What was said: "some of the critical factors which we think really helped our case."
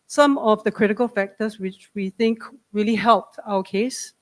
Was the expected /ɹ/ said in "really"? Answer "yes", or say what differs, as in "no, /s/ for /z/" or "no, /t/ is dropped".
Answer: yes